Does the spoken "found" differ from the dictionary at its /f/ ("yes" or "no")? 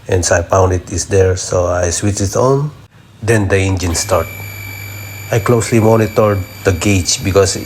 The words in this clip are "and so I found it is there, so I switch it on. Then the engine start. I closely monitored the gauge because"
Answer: yes